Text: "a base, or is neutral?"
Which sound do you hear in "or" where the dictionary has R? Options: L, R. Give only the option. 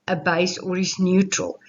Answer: R